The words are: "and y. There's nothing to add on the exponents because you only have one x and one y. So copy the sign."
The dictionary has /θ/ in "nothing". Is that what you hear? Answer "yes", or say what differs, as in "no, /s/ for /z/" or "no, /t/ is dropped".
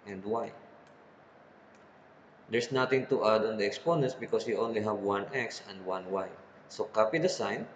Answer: no, /t/ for /θ/